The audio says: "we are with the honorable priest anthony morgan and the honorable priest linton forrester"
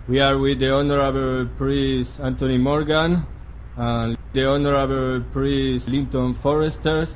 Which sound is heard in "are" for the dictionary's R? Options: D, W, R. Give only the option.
R